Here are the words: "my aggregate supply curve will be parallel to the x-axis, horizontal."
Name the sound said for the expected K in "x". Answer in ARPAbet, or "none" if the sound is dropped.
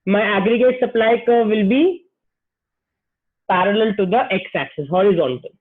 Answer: K